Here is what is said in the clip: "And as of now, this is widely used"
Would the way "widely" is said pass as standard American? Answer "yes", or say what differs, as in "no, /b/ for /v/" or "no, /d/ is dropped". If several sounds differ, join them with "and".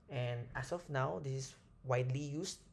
yes